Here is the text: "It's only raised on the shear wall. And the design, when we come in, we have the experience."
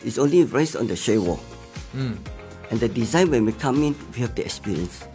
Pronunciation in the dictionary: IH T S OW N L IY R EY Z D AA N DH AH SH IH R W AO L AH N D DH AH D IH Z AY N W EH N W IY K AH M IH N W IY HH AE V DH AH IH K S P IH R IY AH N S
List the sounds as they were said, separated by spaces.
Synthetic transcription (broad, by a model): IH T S OW N L IY R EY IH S AA N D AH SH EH W AO AH N D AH D IH Z AY N W EH N W IY K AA M IH N W IY HH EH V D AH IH K S P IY R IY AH N S